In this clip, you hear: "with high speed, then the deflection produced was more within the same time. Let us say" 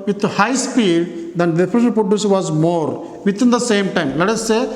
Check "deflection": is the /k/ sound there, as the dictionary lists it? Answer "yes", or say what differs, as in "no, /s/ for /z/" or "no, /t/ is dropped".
no, /k/ is dropped